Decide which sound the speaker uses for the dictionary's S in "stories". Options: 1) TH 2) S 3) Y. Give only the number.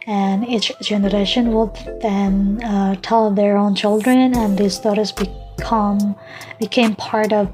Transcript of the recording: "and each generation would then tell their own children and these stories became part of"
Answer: 1